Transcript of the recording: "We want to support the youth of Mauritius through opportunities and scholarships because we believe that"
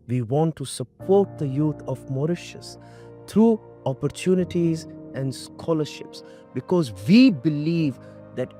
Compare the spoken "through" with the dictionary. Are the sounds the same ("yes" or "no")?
no